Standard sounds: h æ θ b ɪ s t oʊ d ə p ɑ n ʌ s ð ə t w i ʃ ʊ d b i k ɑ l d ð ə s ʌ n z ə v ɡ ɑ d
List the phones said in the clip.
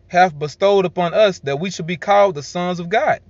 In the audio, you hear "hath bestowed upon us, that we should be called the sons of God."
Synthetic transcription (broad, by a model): h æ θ b ɪ s t oʊ d ə p ɑ n ʌ s ð ə t w i ʃ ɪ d b i k ɑ l d ð ə s ʌ n z ə v ɡ ɑ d